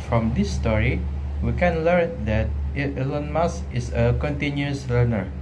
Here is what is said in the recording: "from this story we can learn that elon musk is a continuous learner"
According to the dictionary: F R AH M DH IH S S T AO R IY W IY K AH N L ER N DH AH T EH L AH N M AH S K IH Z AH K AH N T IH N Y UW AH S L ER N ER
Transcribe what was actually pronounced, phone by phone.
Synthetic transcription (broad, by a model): F R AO M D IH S S T AO R IY W IY K AH N L ER N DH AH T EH L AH N M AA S IH S AH K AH N T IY N Y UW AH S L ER N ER